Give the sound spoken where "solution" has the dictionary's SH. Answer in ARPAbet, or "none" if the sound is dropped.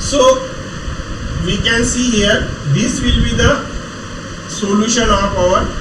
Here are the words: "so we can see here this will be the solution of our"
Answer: SH